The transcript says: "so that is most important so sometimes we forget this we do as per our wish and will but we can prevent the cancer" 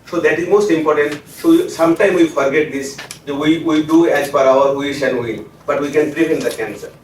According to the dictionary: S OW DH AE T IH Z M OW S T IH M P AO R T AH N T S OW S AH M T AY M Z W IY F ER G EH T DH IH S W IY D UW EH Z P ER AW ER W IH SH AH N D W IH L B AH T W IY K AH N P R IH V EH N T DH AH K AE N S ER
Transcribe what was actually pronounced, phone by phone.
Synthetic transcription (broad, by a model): S OW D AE T IH Z M OW S T IH M P AO R T AH N T S OW S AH M T AY M W IY F ER G EH T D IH S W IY D UW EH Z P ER AW ER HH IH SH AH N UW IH N B AH T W IY K AH N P R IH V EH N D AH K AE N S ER